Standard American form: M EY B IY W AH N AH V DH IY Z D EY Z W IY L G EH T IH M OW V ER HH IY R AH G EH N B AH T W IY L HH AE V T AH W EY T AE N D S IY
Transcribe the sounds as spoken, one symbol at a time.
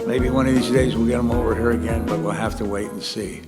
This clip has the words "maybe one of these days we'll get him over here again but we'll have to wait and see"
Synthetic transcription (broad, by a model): M EY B IY W AH N AH V DH IY Z D EY Z W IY L G EH T IH M OW V ER HH IY R AH G EH N B AH T W IY L HH AE F T AH W EY T N S IY